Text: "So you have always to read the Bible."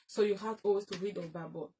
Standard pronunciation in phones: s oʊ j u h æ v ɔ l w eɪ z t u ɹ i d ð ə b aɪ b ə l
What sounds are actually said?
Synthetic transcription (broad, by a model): s oʊ j u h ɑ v ɔ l w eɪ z t u ɹ i d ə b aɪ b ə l